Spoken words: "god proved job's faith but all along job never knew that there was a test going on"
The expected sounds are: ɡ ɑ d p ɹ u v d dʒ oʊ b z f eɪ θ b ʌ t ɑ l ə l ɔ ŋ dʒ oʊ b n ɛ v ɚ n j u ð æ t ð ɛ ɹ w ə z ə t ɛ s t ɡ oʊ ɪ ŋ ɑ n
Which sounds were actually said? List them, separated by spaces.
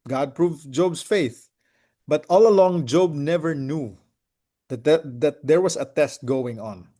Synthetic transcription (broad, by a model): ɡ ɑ d p ɹ u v dʒ oʊ b s f eɪ θ b ʌ t ɑ l ə l ɔ ŋ dʒ oʊ b n ɛ v ɚ n j u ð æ t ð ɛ ɹ w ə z ə t ɛ s t ɡ oʊ ɪ ŋ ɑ n